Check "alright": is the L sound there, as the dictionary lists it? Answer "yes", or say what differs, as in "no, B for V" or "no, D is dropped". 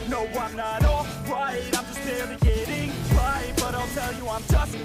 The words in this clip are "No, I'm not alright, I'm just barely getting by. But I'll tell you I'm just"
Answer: no, L is dropped